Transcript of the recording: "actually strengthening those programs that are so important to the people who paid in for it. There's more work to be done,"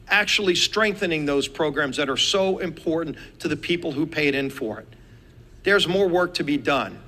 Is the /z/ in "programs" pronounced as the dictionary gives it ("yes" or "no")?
yes